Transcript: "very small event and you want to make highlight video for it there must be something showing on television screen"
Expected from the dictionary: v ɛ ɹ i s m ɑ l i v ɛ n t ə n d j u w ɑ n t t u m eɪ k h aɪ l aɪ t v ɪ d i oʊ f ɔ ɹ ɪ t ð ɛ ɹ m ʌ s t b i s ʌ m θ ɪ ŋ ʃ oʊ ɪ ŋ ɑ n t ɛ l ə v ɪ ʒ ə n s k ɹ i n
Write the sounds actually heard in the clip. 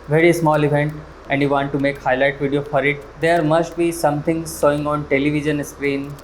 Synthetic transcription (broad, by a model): v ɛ ɹ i s m ɑ l i v ɛ n t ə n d j u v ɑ n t t u m eɪ k h aɪ l aɪ t v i d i oʊ f ɔ ɹ ɪ t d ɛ ɹ m ʌ s t b i s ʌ m t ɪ ŋ s oʊ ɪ ŋ ɑ n t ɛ l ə v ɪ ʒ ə n s k ɹ i n